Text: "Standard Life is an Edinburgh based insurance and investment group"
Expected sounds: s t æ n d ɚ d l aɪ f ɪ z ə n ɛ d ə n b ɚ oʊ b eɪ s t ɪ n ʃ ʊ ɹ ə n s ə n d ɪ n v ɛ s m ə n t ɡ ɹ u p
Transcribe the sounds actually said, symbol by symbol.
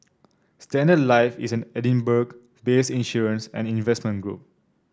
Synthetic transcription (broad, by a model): s t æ n d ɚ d l aɪ f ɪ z ə n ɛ d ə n b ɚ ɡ b eɪ s ɪ n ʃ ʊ ɹ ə n s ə n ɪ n v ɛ s m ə n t ɡ ɹ u p